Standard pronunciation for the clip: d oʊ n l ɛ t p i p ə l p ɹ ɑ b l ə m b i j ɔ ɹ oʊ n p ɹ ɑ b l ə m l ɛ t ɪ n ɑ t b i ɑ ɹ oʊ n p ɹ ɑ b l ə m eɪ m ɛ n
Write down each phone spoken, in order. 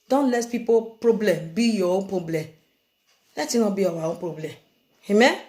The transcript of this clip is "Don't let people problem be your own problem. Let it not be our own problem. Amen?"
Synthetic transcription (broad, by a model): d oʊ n l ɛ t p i p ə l p ɹ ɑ b l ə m b i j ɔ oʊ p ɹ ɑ b l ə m l ɛ t ɪ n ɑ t b i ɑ w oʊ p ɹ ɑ b l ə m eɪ m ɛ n